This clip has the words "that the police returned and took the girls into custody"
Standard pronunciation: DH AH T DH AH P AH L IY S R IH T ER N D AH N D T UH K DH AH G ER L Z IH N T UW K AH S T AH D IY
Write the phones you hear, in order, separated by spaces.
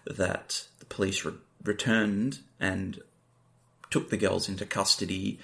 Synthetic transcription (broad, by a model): DH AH T DH AH P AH L IY S R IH T ER N D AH N T UH K DH AH G ER L Z IH N T UW K AH S T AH D IY